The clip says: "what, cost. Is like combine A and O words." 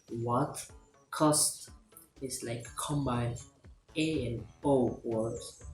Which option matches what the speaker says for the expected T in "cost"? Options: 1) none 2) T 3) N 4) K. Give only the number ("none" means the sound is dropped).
2